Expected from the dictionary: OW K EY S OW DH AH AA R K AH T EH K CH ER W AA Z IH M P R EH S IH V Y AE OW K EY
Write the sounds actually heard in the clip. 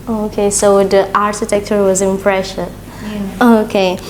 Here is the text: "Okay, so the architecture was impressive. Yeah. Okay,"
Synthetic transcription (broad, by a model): OW K EY S OW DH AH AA R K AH T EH K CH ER W AA Z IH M P R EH SH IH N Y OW K EY